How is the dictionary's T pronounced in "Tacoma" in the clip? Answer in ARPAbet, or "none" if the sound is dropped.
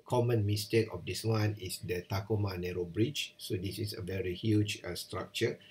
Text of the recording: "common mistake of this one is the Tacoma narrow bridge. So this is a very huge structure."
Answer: T